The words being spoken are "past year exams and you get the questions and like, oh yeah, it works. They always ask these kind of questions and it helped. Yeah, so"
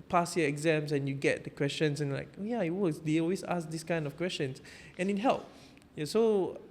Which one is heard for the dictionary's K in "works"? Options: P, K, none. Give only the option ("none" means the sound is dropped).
none